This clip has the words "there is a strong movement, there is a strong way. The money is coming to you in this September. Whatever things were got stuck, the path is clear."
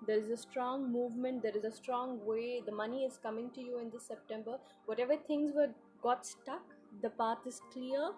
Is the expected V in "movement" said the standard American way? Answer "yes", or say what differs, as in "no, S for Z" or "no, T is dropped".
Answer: yes